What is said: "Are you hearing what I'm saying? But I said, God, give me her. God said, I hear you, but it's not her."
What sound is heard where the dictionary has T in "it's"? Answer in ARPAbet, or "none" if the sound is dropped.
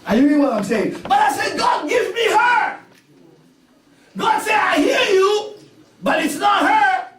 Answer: T